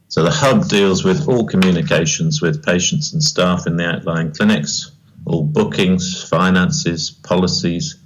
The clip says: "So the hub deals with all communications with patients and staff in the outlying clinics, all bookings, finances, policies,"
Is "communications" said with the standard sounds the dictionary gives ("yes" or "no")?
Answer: yes